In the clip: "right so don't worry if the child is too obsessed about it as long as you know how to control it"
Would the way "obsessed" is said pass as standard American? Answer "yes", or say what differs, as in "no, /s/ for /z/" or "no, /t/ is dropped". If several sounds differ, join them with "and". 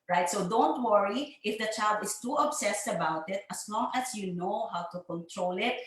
yes